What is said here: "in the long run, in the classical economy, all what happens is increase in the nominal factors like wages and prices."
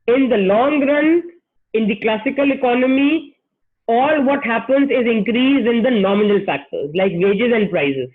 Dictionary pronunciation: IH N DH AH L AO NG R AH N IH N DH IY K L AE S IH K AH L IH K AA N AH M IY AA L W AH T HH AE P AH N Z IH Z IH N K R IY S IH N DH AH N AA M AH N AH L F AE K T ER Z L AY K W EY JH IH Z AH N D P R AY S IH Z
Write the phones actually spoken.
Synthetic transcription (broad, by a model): IH N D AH L AO NG R AH N IH N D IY K L AE S IH K AH L IH K AA N AH M IY AA L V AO T HH AE P AH N Z IH Z IH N K R IY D IH N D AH N AA M AH N AH L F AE K T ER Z L AY K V EY JH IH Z AH N D P R AY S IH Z